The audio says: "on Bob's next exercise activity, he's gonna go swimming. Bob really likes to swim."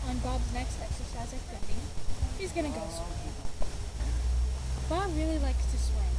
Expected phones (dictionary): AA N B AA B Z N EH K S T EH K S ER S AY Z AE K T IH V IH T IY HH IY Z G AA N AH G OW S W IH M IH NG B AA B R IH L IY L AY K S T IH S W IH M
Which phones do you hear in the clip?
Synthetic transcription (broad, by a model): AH N B AA B Z N EH K S T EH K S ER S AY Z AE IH F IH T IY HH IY Z G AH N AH G OW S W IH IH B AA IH R IH L IY L AY K S T IH S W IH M